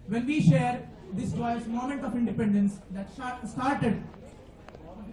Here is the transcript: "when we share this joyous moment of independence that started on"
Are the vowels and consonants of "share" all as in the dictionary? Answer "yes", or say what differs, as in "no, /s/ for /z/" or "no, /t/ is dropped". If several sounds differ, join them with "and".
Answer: yes